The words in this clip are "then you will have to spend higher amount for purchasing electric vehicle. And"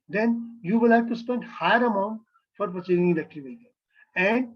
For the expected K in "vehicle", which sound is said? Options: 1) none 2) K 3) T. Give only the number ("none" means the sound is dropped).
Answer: 1